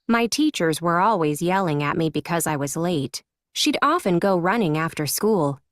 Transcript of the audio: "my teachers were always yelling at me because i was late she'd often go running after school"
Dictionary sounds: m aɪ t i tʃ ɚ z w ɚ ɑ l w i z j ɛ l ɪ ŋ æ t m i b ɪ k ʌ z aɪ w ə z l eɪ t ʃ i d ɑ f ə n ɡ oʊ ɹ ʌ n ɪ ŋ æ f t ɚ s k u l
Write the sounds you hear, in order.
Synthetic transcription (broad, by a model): m aɪ t i tʃ ɚ z w ɚ ɑ l w i z j ɛ l ɪ ŋ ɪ t m i b ɪ k ʌ z aɪ w ə z l eɪ t ʃ i d ɑ f ə n ɡ oʊ ɹ ʌ n ɪ ŋ æ f t ɚ s k u l